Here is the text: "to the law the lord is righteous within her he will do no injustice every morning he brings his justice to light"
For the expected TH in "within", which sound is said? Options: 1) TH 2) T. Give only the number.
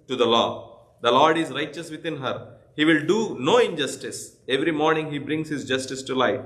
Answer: 2